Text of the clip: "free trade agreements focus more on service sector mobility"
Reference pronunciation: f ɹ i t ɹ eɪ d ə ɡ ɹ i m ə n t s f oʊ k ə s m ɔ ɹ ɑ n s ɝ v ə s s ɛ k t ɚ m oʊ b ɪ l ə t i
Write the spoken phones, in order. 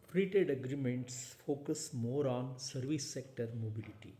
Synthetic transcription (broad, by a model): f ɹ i t eɪ d ə ɡ ɹ i m ə n t s f oʊ k ə s m ɔ ɹ ɑ n s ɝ v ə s s ɛ k t ɚ m oʊ b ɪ l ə t i